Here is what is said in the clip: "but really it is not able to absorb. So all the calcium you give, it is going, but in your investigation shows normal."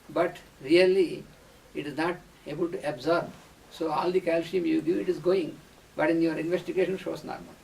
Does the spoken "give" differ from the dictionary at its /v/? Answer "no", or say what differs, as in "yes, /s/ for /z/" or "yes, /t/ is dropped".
yes, /v/ is dropped